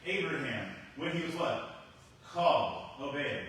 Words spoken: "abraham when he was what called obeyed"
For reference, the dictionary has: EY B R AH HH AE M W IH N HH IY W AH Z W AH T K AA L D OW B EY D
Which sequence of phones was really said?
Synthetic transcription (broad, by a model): EY B R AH HH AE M W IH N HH IY W AH Z W AH T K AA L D OW B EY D